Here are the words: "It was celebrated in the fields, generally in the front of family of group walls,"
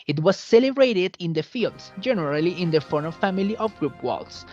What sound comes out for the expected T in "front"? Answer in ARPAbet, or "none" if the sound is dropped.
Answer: none